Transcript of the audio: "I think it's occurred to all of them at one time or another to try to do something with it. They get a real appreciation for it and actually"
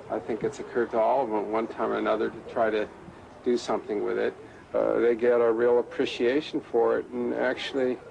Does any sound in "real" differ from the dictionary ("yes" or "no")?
no